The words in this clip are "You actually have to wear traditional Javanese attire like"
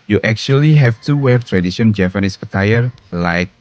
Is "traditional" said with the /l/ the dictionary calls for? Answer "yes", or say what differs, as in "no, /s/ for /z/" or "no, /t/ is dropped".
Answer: no, /n/ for /l/